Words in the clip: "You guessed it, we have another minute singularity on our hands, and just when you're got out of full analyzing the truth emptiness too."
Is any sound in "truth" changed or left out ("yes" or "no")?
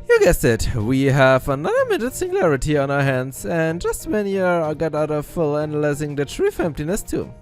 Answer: yes